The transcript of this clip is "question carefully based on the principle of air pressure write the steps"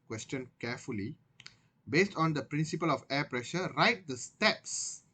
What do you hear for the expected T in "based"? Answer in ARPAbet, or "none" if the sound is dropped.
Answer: T